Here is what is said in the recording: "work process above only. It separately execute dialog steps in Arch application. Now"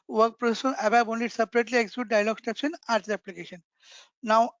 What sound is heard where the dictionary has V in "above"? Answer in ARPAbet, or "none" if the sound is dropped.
B